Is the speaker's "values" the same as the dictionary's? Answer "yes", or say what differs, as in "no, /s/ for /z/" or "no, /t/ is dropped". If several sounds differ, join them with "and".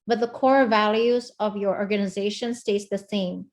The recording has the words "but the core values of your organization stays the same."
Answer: yes